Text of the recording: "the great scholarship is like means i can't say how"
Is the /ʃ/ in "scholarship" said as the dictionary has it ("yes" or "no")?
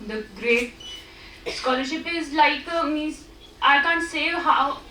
yes